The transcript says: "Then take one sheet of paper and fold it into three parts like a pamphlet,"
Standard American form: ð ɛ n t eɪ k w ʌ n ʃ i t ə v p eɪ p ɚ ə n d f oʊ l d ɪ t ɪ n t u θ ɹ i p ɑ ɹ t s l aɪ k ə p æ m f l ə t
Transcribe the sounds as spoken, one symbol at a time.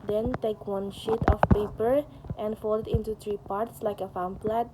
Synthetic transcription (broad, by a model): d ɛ n t eɪ k w ʌ n ʃ i t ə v p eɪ p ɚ ə n d f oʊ l ɪ t ɪ n t u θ ɹ i p ɑ ɹ t s l aɪ k ə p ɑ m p l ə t